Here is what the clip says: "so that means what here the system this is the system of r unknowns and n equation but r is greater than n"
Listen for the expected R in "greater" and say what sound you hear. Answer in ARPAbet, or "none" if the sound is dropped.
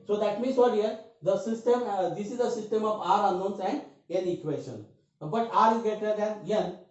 none